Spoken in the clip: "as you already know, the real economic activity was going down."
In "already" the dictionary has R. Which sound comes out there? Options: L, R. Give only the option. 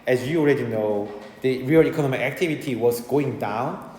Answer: R